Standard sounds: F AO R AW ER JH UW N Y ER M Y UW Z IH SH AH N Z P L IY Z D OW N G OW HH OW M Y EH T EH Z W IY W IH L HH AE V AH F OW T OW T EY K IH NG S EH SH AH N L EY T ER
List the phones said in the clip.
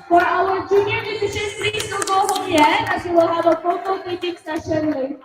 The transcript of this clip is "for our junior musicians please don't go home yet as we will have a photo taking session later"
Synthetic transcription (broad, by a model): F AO R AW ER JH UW N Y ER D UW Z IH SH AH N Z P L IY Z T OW G OW HH OW M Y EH EH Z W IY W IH L HH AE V AH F OW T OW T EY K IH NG S EH SH AH N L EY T